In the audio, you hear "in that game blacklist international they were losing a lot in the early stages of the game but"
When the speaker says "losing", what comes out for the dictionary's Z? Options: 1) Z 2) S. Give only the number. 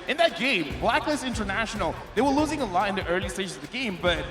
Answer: 1